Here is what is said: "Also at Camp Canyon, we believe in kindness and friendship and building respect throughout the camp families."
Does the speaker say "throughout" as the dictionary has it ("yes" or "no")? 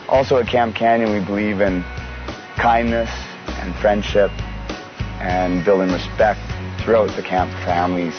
yes